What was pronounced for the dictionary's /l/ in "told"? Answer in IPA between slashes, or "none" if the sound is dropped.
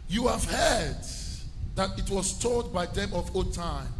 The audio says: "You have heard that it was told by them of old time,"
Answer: none